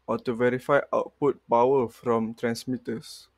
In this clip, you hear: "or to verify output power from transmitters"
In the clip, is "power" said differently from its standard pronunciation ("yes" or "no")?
yes